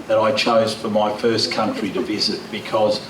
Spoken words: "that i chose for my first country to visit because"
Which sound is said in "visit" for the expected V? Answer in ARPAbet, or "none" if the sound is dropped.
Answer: V